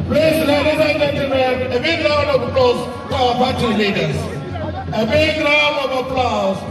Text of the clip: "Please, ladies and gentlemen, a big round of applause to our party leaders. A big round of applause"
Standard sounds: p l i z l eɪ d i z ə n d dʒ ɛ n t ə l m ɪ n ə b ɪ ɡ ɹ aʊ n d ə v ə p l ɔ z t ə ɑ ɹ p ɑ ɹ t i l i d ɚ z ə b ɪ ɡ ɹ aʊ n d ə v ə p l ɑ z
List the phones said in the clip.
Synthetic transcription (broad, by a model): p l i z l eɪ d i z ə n dʒ ɛ n t ə l m ɪ n ə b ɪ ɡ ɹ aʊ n ə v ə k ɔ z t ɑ w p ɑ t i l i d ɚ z ə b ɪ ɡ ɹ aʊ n ə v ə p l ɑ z